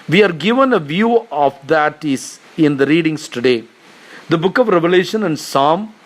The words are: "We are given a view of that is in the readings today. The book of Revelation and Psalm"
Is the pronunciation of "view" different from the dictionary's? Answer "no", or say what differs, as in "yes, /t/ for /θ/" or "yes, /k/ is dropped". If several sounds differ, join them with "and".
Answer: no